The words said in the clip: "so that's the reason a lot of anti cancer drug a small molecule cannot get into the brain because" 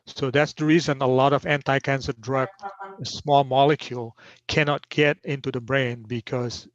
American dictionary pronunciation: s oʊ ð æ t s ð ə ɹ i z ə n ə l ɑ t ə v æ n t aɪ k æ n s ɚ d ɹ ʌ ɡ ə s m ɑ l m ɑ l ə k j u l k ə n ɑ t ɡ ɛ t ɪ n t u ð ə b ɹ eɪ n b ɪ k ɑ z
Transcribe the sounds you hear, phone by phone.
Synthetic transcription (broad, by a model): s oʊ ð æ t s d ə ɹ i z ə n ə l ɑ t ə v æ n t aɪ k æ n s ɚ d ɹ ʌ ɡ ə s m ɑ l m ɑ l ə k j u l k ə n ɑ t ɡ ɛ t ɪ n t u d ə b ɹ eɪ n b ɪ k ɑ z